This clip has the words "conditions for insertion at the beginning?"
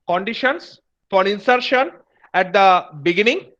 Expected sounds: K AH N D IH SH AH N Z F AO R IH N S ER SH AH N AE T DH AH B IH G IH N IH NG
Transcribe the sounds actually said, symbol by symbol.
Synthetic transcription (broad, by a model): K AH N D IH SH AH N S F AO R IH N S ER SH AH N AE T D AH B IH G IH N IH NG